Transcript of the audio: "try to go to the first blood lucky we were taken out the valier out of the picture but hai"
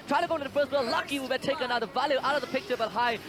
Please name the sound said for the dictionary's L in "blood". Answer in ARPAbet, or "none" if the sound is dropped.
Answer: none